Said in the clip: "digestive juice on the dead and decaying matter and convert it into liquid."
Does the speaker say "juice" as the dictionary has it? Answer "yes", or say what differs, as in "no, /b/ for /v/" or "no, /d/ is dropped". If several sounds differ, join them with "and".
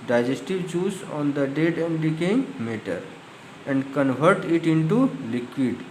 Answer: no, /tʃ/ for /dʒ/